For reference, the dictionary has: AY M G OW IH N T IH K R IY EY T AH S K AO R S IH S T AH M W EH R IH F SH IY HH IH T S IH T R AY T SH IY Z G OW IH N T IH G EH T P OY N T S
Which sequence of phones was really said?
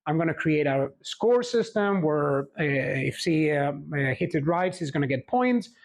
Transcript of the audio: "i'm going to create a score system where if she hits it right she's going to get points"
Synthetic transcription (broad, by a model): AY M G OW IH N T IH K R IY EY T AH S K AO R S IH S T AH M W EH R IH F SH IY HH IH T IH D R AY T S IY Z G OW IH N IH G EH T P OY N T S